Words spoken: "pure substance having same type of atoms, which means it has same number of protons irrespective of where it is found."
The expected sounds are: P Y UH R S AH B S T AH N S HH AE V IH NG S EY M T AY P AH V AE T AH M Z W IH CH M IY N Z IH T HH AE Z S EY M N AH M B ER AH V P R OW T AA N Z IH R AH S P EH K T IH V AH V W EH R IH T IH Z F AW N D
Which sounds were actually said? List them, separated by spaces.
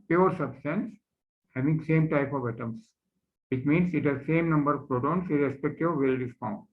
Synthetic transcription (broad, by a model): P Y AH R S AH B S T AH N S HH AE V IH NG S EY M T AY P AH V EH T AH M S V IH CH M IY N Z IH T HH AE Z S EY M N AH M B ER AH V P R OW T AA N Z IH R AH S P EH K T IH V AH V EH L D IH S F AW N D